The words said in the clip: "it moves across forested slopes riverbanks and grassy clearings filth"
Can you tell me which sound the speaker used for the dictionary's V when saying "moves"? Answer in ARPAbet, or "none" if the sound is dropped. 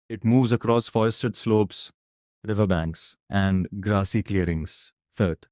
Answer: V